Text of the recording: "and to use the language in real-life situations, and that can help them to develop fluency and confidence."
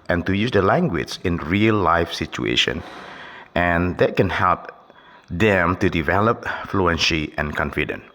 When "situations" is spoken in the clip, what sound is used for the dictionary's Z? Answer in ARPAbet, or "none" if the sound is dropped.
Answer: none